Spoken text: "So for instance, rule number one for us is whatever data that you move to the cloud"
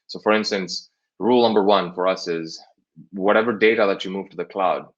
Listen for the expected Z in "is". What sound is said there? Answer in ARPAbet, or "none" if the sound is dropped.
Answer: Z